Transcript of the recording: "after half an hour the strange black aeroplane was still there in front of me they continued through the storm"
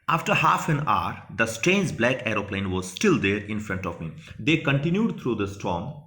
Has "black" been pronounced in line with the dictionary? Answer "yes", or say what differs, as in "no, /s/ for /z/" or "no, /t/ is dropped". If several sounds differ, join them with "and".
yes